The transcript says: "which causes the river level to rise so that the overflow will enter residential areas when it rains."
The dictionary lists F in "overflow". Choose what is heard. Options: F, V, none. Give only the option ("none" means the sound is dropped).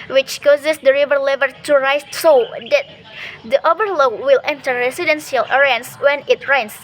none